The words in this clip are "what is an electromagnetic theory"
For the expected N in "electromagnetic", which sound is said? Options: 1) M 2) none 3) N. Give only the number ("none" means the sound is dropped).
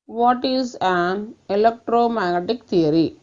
2